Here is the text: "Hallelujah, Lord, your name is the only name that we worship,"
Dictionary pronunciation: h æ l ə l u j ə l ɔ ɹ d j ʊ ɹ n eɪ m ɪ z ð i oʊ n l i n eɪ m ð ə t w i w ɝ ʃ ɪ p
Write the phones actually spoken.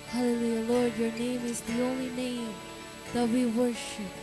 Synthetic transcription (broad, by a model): h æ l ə l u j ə l ɔ ɹ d j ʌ ɹ n eɪ m ɪ z ð i oʊ n l i n eɪ m ð ə t w i w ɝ ʃ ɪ p